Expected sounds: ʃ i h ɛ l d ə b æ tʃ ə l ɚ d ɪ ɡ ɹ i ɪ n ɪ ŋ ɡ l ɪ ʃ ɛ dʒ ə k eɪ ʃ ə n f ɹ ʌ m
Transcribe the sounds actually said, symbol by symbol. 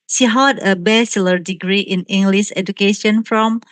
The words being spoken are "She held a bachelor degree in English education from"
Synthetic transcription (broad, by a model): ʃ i h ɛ d ə b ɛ s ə l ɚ d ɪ ɡ ɹ i ɪ n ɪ ŋ ɡ l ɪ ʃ ɛ dʒ ə k eɪ ʃ ə n f ɹ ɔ m